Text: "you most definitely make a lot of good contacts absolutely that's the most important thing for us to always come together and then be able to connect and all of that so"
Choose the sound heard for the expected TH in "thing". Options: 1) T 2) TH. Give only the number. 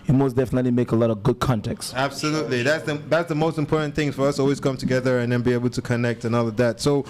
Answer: 2